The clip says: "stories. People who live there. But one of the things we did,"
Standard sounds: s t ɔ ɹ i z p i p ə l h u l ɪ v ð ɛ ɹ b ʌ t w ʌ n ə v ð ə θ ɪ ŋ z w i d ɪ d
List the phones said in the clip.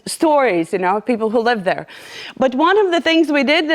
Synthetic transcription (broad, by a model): s t ɔ ɹ i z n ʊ p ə l h u l ɪ v ð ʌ ɹ b ʌ t w ʌ n ə v ð ə θ ɪ ŋ z w i d ɪ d